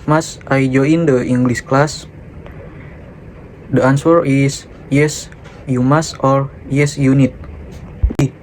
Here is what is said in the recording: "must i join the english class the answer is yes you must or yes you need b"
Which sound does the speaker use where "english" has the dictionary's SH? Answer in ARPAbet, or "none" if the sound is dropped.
S